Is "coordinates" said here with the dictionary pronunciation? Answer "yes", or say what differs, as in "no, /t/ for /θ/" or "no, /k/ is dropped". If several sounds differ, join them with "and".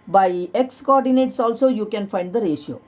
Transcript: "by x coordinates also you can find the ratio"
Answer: yes